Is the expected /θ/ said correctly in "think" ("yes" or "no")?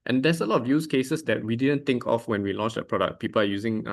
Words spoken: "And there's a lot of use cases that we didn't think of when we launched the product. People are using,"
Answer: no